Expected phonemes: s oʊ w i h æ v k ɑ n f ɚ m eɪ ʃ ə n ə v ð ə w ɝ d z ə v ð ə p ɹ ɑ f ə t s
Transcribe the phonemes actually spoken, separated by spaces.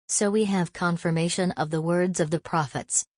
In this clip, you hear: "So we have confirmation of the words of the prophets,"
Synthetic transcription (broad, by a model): s oʊ w i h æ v k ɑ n f ɚ m eɪ ʃ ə n ə v ð ə w ɝ d z ə v ð ə p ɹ ɑ f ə t s